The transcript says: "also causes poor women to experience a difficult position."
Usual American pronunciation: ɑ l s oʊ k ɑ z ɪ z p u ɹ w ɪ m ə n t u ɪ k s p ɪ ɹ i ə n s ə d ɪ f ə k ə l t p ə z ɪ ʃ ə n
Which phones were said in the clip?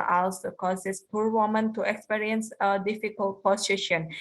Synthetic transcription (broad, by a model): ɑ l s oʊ k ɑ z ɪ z p u ɹ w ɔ m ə n t u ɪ k s p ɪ ɹ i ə n s ə d ɪ f ə k ə l t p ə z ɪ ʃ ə n